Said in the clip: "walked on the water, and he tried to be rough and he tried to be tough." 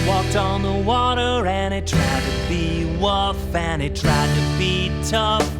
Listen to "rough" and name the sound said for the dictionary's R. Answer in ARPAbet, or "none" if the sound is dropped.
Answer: W